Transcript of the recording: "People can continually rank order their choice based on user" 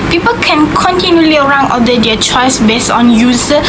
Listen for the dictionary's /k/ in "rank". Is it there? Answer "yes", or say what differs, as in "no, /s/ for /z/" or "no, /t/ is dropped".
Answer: no, /k/ is dropped